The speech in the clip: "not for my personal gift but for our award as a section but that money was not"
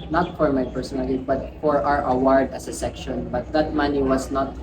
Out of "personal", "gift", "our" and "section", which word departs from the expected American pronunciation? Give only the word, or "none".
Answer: gift